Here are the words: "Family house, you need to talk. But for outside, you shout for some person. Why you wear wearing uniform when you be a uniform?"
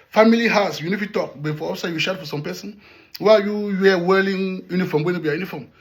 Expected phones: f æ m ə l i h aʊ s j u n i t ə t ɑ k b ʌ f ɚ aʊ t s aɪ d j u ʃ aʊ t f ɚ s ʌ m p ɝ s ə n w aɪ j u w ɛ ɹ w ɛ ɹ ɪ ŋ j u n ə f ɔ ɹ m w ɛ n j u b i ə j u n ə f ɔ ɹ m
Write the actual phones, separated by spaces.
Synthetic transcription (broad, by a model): f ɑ m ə l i h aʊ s j u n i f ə t ɑ k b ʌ f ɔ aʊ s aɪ j u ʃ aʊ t f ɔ s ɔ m p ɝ s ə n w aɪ j u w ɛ w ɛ l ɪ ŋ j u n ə f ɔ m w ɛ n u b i ə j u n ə f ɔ m